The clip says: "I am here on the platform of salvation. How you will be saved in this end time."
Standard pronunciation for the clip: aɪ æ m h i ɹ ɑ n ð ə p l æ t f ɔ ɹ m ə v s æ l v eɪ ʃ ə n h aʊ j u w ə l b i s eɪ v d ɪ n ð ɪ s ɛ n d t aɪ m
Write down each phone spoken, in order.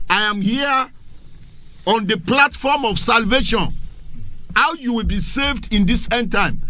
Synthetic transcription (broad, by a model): aɪ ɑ m h i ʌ ɑ n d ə p l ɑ t f ɔ m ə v s æ l v eɪ ʃ ə n h aʊ j u w ə l b i s eɪ v d ɪ n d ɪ s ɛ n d t aɪ m